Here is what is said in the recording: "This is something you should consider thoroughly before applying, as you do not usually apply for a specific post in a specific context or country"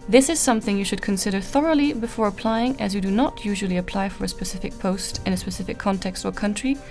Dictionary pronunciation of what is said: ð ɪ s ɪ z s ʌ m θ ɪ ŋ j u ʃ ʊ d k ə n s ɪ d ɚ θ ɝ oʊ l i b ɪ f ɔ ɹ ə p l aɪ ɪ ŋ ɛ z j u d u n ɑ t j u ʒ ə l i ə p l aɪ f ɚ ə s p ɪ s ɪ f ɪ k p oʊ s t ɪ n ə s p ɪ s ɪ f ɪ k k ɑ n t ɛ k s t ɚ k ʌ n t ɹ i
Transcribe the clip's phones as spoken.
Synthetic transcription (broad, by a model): ð ɪ s ɪ z s ʌ m θ ɪ ŋ j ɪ ʃ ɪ d k ə n s ɪ d ɚ θ ɝ oʊ l i b ɪ f ɔ ɹ ə p l aɪ ɪ ŋ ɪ z j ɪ d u n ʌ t j u ʒ ə l i ə p l aɪ f ɚ ə s p ɪ s ɪ f ɪ k p oʊ s t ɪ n ə s p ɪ s ɪ f ɪ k k ɑ n t ɛ k s t ɚ k ʌ n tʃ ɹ i